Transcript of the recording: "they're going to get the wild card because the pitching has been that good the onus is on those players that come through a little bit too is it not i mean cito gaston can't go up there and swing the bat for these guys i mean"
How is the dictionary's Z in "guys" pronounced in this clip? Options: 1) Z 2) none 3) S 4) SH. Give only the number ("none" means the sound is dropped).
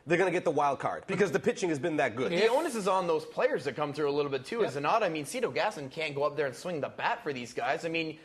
1